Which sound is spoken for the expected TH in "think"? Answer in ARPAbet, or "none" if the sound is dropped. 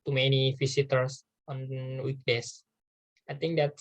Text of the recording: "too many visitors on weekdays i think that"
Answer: T